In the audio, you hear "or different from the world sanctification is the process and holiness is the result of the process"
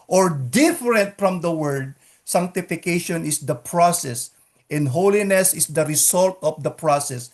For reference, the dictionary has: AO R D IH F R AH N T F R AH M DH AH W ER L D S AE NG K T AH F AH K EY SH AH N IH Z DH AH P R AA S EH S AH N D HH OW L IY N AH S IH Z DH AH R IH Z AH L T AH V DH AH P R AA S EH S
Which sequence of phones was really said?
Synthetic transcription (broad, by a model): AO R D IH F R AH N T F R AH M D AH W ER D S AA NG K T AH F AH K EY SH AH N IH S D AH P R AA S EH S AH N D HH OW L IY N AH S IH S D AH R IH S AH L T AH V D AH P R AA S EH S